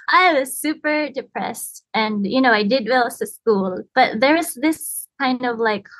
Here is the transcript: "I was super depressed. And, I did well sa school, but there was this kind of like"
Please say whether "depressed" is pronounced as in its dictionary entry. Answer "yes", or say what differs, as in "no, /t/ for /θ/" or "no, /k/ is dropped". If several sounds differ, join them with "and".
yes